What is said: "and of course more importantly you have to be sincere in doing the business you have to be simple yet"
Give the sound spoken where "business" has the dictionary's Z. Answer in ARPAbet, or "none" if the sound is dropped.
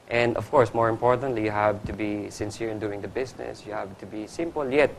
S